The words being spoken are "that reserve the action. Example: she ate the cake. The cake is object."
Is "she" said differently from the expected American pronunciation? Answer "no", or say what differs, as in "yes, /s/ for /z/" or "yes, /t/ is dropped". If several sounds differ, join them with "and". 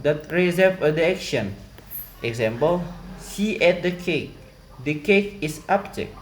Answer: yes, /s/ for /ʃ/